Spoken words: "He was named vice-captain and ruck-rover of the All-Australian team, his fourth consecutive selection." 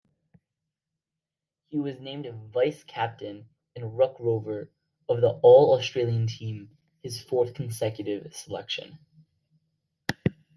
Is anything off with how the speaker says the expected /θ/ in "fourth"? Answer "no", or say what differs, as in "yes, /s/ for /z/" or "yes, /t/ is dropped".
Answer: no